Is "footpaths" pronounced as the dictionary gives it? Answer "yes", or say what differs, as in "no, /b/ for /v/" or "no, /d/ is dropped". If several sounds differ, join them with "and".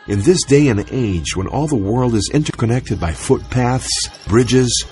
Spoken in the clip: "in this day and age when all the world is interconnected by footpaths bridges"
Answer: yes